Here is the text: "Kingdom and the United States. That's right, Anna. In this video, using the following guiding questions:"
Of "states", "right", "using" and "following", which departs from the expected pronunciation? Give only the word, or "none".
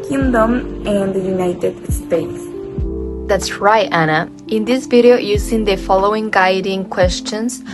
using